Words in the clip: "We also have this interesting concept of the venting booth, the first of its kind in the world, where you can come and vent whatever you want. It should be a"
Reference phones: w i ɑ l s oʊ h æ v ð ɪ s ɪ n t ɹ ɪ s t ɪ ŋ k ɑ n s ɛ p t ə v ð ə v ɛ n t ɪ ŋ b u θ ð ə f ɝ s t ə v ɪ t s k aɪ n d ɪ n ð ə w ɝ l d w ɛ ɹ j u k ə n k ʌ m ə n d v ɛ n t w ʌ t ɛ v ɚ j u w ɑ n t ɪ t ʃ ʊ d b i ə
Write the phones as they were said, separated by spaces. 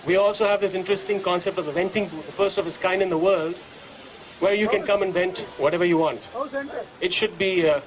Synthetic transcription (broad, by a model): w i ɑ l s oʊ h æ v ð ɪ s ɪ n t ɹ ɪ s t ɪ ŋ k ɑ n s ɛ p t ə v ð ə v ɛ n t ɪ ŋ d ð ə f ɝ s t ə v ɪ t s k aɪ n d ɪ n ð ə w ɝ l d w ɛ ɹ j u k ə n k ʌ m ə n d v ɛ n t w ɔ t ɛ v ɚ j u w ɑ n t ɪ t ʃ ʊ d b i